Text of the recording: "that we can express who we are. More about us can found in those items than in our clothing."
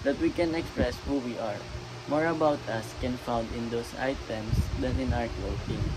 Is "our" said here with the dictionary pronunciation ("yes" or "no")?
no